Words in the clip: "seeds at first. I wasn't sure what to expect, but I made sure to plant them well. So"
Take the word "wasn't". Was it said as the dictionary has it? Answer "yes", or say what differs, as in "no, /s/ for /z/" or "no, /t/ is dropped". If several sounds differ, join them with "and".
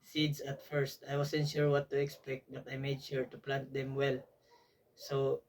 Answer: no, /s/ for /z/